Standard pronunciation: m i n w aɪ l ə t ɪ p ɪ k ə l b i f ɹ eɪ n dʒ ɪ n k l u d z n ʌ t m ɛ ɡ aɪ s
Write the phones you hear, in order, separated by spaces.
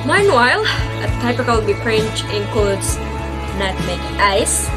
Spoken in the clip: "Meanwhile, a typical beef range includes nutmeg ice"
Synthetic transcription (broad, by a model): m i n w aɪ l ə t ɪ p ɪ k ə l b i p ɹ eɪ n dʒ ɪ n k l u d s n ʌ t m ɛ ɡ aɪ s